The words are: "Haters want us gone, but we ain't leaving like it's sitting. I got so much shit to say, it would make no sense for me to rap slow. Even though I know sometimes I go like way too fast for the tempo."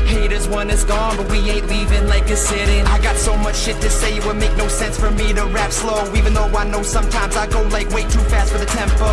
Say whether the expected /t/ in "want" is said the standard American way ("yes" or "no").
no